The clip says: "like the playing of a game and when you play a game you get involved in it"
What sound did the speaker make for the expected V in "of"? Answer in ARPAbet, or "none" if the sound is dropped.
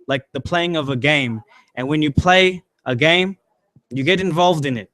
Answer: V